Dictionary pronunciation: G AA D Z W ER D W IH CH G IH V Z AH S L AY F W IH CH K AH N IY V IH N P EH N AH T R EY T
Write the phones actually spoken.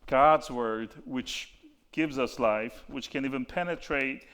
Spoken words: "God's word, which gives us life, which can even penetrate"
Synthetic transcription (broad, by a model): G AA D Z W ER D W IH CH G IH V Z AH S L AY F W IH CH K AH N IY V IH N P EH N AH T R EY T